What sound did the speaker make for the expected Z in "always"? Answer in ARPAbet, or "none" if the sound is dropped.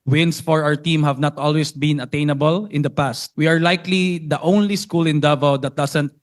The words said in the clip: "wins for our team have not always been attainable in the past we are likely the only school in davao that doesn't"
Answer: S